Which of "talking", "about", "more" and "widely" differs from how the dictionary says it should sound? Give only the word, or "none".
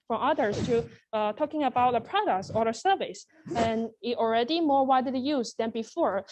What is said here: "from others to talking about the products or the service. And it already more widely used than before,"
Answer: widely